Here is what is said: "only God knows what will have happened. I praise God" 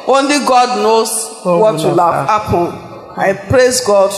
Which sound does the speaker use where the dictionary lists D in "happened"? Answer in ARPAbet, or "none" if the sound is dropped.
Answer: none